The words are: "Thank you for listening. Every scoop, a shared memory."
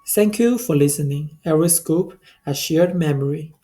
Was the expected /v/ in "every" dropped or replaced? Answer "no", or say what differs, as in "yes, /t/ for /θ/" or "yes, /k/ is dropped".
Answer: yes, /v/ is dropped